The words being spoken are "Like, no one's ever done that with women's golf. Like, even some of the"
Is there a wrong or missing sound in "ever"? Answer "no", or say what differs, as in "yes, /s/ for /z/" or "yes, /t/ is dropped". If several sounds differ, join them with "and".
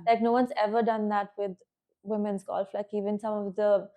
no